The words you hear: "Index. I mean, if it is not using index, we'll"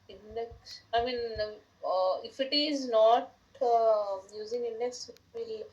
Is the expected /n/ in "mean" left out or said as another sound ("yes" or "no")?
no